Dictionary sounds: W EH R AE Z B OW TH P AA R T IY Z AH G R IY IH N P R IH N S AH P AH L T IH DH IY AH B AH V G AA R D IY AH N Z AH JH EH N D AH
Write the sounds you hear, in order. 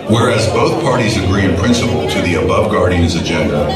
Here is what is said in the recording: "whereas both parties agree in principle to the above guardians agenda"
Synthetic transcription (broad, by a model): W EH R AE Z B OW TH P AA R T IY Z AH G R IY IH N P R IH N S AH P L T IH DH IY AH B AH V G AA R D IY AH N Z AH JH EH N D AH